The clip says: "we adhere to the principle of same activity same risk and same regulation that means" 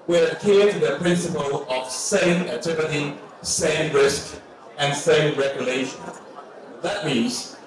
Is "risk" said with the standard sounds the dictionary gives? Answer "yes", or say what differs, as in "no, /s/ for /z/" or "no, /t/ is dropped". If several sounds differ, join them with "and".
yes